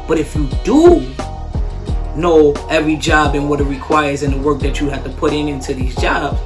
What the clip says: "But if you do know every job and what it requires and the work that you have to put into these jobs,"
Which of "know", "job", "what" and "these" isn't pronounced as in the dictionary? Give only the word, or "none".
none